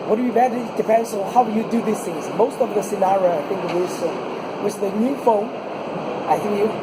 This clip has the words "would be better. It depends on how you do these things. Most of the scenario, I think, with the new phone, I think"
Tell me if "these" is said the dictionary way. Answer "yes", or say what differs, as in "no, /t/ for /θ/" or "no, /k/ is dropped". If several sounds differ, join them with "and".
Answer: no, /s/ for /z/